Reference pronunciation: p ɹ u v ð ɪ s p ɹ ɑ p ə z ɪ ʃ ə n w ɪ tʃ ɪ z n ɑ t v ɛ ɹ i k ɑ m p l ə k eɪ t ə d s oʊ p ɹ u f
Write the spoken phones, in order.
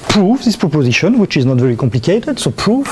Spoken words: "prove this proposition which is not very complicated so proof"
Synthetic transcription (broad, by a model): p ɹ u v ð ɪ s p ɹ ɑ p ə z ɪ ʃ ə n w ɪ tʃ ɪ z n ɑ t v ɛ ɹ i k ɑ m p l ə k eɪ t ə d s oʊ p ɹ u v